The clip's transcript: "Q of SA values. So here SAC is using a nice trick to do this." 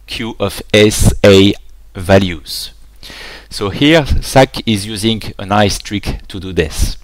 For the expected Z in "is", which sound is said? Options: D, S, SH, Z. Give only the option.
Z